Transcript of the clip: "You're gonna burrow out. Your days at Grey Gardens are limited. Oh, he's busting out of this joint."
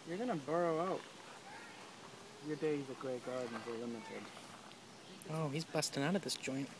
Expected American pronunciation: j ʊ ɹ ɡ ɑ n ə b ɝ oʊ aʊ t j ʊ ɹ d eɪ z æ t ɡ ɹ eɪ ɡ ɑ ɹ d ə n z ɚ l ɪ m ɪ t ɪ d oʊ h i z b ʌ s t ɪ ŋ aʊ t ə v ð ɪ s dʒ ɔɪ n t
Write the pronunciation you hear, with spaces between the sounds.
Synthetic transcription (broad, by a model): j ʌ ɹ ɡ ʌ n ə b ɝ oʊ aʊ t j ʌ ɹ d eɪ z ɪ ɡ ɹ eɪ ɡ ɑ ɹ d n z ɚ l ɪ m ɪ t ɪ d oʊ h i z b ʌ s t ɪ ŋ aʊ t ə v ð ɪ s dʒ ɔɪ n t